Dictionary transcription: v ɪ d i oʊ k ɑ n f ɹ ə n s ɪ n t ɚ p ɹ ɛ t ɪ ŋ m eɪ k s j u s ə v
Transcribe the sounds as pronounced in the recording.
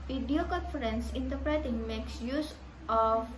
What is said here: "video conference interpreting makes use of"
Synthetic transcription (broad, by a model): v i d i oʊ k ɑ n f ɹ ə n s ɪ n t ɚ p ɹ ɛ t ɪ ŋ m eɪ k s j u s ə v